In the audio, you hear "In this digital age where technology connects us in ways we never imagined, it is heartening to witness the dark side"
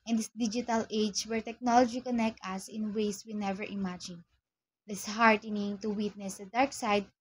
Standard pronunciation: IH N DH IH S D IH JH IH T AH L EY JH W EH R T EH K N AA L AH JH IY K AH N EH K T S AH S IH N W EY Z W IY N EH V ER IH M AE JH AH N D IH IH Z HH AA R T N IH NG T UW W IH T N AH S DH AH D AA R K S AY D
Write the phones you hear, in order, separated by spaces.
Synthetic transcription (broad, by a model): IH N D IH S D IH JH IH T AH L EY JH W EH R T EH K N AA L AH JH IY K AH N EH K T AH S IH N W EY S W IY N EH V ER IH M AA JH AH N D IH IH S HH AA R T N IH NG T UW W IH T N AH S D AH D AA R K S AY D